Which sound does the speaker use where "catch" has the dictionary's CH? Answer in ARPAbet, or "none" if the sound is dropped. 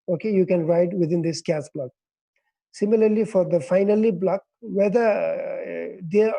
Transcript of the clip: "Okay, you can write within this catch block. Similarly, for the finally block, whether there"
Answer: S